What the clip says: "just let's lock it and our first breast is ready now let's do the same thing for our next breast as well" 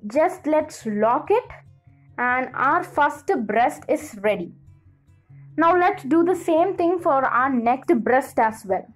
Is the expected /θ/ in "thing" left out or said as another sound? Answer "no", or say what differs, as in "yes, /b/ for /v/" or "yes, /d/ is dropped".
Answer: yes, /t/ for /θ/